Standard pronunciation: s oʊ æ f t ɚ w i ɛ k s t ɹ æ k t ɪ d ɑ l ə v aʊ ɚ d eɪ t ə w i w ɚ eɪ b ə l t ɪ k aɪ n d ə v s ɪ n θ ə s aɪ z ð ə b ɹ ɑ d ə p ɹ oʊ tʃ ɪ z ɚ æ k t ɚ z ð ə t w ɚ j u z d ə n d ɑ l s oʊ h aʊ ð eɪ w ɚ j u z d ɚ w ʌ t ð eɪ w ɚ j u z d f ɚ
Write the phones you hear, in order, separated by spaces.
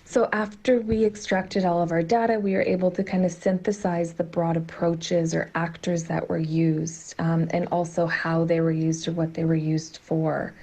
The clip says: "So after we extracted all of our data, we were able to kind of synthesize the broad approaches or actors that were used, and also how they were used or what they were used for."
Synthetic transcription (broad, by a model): s oʊ æ f t ɚ w i ɛ k s t ɹ æ k t ɪ d ɑ l ə v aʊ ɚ d eɪ t ə w i w ɚ eɪ b l t ɪ k aɪ n d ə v s ɪ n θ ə s aɪ z ð ə b ɹ ɑ d ə p ɹ oʊ tʃ ɪ z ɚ æ k t ɚ z ð ə t w ɚ j u z d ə n ɑ l s oʊ h aʊ ð eɪ w ɚ j u z d ɚ w ʌ t ð eɪ w ɚ j u z d f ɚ